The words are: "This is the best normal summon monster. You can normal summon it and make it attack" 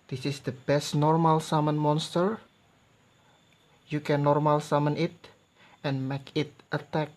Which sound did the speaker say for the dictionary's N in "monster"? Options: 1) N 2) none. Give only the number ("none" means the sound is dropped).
1